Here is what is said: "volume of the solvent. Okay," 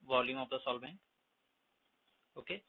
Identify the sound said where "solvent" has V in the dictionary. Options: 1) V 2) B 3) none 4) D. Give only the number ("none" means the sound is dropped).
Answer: 2